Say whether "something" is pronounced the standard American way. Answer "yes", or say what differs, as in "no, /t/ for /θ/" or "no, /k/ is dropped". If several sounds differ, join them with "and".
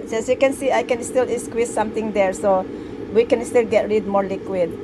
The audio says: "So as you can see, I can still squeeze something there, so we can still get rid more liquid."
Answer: no, /t/ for /θ/